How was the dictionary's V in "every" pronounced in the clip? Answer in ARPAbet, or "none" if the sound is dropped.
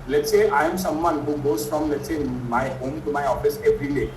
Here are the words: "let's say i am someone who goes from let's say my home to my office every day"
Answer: P